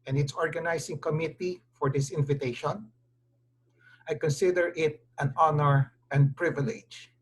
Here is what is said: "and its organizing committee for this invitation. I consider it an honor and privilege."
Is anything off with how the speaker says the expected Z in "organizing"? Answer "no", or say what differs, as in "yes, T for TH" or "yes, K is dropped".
yes, S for Z